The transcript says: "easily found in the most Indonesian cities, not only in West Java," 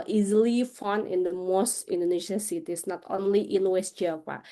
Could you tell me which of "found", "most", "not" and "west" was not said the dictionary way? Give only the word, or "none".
found